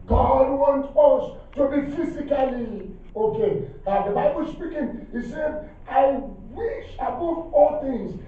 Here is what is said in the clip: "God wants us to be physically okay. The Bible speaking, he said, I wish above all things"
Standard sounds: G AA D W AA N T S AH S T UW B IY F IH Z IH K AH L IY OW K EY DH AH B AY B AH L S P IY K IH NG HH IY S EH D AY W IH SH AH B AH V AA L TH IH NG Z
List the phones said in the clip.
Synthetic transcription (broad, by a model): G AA D W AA N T AH S T UW B IY F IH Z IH K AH L IY OW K EY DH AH B AY B AH L S P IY K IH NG HH IY S EH D AY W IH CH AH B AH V AA L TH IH NG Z